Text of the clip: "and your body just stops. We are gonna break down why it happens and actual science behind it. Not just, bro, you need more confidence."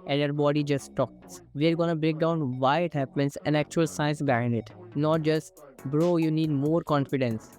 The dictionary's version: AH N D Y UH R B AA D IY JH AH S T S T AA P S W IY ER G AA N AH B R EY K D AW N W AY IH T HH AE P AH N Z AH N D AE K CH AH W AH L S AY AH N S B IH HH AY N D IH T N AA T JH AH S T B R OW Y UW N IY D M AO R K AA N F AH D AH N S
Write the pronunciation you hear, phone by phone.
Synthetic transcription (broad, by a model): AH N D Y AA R B AA D IY JH AH S T T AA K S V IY ER G AA N AH B R EY K D AW N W AY IH T HH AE P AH N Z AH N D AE K CH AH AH L S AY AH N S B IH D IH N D IH T N AA T JH AH S T B R OW Y UW N IY D M AO R K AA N F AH D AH N S